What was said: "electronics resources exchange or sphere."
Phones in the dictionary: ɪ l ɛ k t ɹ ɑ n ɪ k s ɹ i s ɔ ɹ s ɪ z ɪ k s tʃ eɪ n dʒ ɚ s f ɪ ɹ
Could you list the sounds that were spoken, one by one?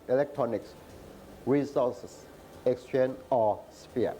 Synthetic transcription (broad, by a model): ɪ l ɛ k t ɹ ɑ n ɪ k s ɹ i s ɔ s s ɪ k s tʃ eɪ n ɔ s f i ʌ